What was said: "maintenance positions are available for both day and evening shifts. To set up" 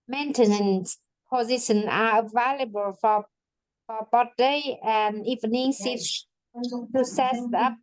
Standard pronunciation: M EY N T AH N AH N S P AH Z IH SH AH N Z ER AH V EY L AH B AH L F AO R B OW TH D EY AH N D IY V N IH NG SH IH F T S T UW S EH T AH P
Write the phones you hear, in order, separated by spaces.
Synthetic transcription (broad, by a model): M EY N T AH N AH N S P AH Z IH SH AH N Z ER AH V EY L AH B AH L F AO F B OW T D EY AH N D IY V N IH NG S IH T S T UW S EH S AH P